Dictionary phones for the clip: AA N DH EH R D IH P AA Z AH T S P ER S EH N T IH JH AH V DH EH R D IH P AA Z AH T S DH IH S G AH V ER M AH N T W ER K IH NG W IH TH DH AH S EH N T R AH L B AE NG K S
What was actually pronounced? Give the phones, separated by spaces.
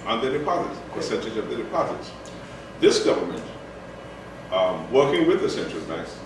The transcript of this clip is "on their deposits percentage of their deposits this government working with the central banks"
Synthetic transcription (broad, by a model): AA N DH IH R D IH P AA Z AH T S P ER S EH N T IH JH AH V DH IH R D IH P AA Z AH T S DH IH S G AH V ER M AH N T W ER K IH NG W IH DH AH S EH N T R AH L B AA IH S